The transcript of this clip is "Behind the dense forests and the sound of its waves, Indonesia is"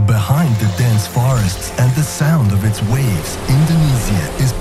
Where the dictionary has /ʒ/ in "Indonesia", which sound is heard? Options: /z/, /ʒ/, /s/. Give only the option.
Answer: /z/